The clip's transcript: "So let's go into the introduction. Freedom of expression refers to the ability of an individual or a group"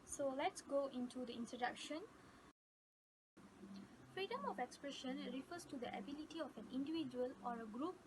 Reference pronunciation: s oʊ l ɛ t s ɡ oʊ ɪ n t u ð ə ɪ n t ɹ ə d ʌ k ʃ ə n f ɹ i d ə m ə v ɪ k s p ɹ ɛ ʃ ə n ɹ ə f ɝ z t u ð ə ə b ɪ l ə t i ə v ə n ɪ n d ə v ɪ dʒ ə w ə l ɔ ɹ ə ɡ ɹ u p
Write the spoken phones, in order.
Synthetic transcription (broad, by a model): s oʊ l ɛ t s ɡ oʊ ɪ n t u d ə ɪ n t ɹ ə d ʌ k ʃ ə n f ɹ i d ə m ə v ɪ k s p ɹ ɛ ʃ ə n ɹ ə f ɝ s t u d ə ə b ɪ l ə t i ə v ə n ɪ n d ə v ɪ dʒ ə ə l ɔ ɹ ə ɡ ɹ u p